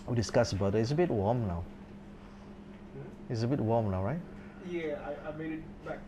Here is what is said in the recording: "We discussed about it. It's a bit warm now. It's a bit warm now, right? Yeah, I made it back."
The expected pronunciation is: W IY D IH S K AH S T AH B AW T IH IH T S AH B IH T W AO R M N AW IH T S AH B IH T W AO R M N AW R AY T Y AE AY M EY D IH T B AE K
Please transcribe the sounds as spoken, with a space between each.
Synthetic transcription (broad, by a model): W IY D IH S K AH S AH B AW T IH IH T S AH B IH T W AO M N AW IH T S AH B IH T W AO M N AW R AY T Y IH AY M EY D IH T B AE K